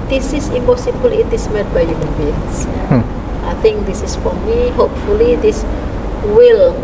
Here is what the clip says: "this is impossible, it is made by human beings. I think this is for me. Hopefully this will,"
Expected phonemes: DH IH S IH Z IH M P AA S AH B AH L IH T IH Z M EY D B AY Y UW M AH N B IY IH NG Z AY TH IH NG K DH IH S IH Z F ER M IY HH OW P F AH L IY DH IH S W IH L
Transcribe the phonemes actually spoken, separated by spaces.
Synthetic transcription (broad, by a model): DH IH S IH S IH M P AA S AH B AH L IH T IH S M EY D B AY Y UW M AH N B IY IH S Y AY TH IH NG K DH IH S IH S F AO M IY HH OW P F AH L IY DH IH S W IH L